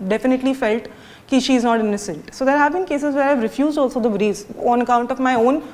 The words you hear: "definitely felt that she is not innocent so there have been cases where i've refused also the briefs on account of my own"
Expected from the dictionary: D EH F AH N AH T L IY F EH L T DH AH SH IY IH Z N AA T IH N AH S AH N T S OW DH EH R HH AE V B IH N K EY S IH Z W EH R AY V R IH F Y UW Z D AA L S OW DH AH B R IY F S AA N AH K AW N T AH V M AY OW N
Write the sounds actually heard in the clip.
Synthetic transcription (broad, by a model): D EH F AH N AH T L IY F EH L T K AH SH IY IH Z N AA T IH N AH S AH N T S OW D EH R HH AE V B IH N K EY S IH Z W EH R AY V R IH F Y UW Z D AA L S OW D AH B R IY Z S AA N AH K AW N T AH V M AY OW N